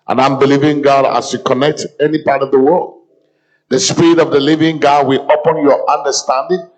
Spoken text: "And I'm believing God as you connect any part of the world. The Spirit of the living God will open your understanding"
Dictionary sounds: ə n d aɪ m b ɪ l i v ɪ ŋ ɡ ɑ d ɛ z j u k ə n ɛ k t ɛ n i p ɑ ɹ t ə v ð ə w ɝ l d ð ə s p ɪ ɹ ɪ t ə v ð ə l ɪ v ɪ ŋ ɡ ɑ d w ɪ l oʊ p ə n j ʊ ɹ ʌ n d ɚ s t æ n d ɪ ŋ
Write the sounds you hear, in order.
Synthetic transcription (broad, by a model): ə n aɪ m b ɪ l i v ɪ ŋ ɡ ɑ d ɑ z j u k ə n ɛ k t ɛ n i p ɑ ɹ t ə v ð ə w ɝ l d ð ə s p ɪ ɹ ɪ t ə v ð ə l ɪ v ɪ ŋ ɡ ɑ d w ɪ l oʊ p ə n j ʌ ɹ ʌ n d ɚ s t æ n d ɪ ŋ